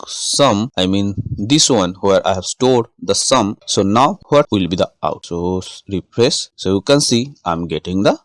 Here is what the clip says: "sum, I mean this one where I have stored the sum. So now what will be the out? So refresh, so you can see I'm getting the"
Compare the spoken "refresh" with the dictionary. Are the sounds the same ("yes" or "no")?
no